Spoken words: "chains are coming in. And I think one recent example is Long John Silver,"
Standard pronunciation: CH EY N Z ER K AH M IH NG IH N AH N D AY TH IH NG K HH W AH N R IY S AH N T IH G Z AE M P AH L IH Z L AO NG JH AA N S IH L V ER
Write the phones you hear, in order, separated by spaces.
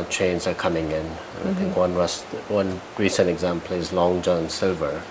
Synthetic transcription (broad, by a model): CH EY N Z ER K AH M IH NG IH N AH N AY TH IH NG K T W AH N R IY S AH N T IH G Z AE M P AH L IH Z L AO NG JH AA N S IH L V ER